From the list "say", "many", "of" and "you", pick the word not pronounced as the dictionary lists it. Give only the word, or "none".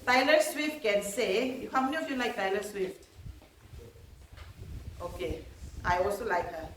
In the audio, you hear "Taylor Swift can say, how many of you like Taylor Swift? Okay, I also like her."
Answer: of